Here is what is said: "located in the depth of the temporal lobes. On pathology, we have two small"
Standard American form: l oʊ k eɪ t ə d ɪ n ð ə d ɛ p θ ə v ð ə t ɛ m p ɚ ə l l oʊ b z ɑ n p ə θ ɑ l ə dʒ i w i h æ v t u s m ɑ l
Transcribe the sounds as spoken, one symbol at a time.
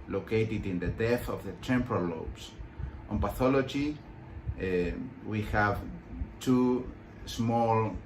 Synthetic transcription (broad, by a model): l oʊ k eɪ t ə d ɪ n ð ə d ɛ θ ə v ð ə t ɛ m p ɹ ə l l oʊ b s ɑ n p ə θ ɑ l ə dʒ i w i h æ v t u s m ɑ l